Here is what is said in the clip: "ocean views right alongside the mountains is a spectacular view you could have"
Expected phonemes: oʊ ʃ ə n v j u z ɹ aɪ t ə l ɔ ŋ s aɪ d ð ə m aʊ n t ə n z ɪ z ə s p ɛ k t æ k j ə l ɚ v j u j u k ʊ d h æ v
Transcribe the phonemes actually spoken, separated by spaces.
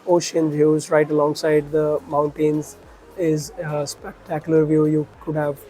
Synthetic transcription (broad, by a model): oʊ ʃ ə n v j u z ɹ aɪ t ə l ɔ ŋ s aɪ d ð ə m aʊ n t ə n z ɪ z ə s p ɛ k t æ k j ə l ɚ v j u j u k ʊ d h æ v